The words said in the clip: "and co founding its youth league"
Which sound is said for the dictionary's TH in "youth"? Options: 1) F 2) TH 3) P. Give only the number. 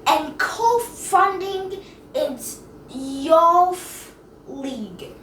1